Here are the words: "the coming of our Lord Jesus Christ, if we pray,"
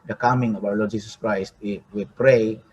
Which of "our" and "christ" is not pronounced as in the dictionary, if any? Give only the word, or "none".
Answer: our